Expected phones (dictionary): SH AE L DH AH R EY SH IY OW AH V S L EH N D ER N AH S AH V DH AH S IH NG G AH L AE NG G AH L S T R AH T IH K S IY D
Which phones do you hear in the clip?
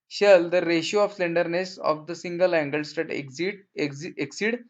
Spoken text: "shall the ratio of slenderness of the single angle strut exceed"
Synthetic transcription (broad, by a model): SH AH L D AH R EY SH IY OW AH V S L EH N D ER N AH S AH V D AH S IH NG G AH L AE NG G AH L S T AH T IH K S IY D